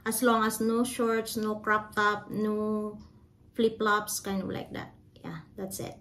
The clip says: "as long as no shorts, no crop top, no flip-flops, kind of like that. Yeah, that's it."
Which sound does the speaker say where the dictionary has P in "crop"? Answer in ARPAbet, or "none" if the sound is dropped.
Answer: P